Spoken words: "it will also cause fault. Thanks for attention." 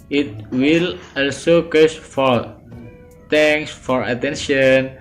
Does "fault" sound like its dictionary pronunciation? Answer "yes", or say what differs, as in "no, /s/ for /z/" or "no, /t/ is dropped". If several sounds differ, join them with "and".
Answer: no, /l/ is dropped